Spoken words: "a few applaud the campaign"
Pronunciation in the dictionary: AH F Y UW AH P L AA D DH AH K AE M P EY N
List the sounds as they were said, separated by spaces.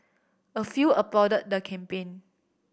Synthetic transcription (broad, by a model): AH F Y UW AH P AA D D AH K AE M P EY N